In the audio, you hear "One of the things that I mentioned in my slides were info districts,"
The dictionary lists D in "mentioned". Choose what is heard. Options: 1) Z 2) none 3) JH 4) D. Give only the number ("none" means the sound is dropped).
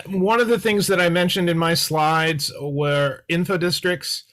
4